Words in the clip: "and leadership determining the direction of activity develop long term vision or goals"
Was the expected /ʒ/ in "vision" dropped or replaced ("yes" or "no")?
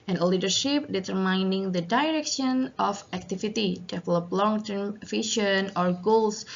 yes